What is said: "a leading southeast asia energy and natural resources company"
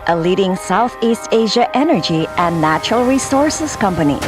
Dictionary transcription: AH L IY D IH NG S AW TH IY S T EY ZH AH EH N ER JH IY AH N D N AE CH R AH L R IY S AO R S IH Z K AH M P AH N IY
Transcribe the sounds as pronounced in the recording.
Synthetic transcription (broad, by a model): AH L IY D IH NG S AW TH IY S T EY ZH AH EH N ER JH IY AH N N AE CH R AH L R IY S AO R S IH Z K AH M P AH N IY